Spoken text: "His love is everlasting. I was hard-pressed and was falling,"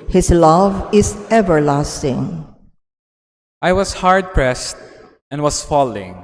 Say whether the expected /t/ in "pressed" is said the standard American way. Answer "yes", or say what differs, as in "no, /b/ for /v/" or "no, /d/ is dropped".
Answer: yes